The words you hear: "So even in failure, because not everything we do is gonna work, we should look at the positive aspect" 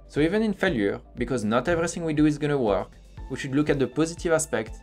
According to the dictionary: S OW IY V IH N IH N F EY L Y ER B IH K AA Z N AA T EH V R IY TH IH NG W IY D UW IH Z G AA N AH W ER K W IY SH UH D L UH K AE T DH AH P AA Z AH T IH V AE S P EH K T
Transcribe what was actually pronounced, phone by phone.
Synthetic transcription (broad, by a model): S OW IY V IH N IH N F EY L Y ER B IH K AA Z N AA T EH V R IY TH IH NG W IY D UW IH Z G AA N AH W ER K W IY SH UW D L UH K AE T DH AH P AA Z AH T IH V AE S P EH K T